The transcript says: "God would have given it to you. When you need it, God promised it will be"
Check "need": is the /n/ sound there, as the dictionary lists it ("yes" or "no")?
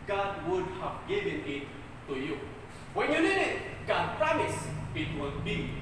no